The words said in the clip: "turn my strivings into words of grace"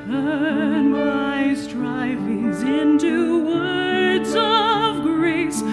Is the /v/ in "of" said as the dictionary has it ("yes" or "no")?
yes